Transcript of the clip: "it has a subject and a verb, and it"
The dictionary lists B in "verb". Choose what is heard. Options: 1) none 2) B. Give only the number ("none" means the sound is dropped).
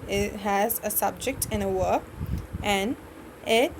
1